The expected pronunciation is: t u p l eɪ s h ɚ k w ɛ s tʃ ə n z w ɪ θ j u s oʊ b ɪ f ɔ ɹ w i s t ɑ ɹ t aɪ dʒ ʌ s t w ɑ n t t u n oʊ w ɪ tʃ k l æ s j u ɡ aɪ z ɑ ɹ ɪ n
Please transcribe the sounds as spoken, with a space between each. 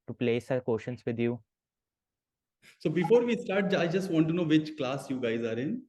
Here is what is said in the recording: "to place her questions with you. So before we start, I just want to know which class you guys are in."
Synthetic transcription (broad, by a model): t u p l eɪ s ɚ k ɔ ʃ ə n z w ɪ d j u s oʊ b ɪ f ɔ ɹ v i s t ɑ ɹ t aɪ dʒ ʌ s t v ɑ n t t u n oʊ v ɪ tʃ k l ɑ s j u ɡ aɪ z ɑ ɹ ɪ n